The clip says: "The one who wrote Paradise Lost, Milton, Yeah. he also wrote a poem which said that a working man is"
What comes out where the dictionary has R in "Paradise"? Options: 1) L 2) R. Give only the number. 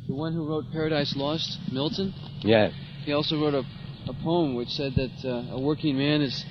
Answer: 2